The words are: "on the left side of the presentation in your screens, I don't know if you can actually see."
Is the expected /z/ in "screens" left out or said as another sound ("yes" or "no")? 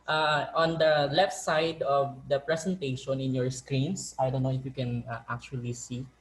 yes